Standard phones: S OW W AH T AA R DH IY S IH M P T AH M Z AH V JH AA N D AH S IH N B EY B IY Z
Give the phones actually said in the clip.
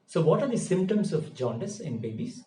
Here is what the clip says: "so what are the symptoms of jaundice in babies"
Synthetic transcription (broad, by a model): S OW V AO T AA R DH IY S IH M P T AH M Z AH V JH AA N D AH S IH N B EY B IY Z